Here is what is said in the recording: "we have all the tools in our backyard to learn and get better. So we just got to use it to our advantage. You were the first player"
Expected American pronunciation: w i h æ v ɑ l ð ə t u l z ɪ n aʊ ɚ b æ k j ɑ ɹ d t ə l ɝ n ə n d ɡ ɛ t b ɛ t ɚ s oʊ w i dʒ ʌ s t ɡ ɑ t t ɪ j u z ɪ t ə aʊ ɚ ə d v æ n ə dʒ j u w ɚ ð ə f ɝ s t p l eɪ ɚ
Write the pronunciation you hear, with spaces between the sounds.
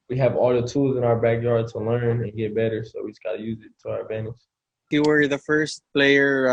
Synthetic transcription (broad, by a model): w i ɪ v ɑ l ð ə t u l z ɪ n aʊ ɚ b æ k j ɑ ɹ d t ə l ɝ n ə n ɡ ɛ t b ɛ t ɚ s oʊ w i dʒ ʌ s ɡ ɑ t t ɪ j u z ɪ t ə aʊ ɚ ə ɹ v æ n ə ʃ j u w ɚ ð ə f ɝ s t p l eɪ ɚ